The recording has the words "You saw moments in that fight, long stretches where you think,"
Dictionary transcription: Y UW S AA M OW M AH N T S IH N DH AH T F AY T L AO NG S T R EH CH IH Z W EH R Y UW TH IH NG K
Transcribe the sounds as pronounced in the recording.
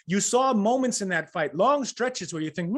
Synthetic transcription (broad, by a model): Y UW S AA M OW M AH N T S IH N DH AH T F AY T L AO NG S T R EH CH IH Z W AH R Y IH TH IH NG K